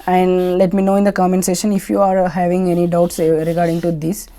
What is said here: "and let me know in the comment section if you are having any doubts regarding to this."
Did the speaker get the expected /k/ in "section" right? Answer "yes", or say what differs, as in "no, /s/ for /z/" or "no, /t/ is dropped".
no, /k/ is dropped